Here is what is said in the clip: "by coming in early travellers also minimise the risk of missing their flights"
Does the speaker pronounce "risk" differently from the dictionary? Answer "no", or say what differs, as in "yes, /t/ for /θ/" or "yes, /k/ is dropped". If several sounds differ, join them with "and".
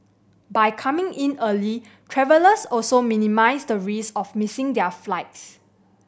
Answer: yes, /k/ is dropped